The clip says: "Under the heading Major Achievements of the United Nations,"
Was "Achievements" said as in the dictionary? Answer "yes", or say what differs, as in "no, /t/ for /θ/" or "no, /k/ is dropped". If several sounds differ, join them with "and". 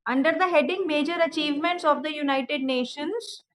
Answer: yes